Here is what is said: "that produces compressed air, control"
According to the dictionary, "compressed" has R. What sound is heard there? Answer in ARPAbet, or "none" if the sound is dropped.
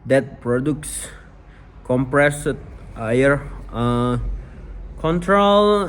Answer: R